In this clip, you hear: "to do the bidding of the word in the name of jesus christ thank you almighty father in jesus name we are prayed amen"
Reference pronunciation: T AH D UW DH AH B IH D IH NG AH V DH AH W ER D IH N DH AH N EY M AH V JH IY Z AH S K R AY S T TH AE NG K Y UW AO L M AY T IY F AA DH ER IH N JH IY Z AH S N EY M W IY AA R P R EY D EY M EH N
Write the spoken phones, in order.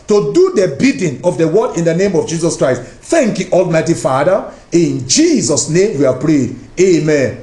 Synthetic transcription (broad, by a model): T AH D UW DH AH B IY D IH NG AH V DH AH W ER D IH N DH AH N EY M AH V JH IY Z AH S K R AY S T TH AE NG K Y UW AO L M AY T IY F AA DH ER IH N JH IY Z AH S N EY M W IY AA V P R EY D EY M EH N